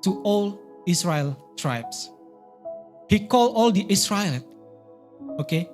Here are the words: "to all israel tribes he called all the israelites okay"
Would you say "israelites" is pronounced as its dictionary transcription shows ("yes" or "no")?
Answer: no